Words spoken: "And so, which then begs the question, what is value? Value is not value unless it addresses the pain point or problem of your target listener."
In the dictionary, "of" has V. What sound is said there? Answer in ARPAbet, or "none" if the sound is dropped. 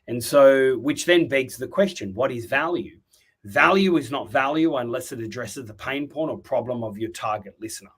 V